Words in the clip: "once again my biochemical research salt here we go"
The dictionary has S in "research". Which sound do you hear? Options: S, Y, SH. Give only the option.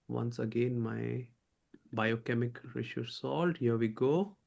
SH